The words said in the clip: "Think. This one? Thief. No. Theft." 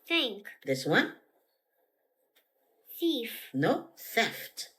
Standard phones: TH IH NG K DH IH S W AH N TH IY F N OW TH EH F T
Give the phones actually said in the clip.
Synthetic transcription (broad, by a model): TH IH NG K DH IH S W AH N S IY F N OW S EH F T